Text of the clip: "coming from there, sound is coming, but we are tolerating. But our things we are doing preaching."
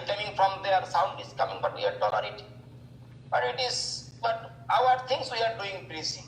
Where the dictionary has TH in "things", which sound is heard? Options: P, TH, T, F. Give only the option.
T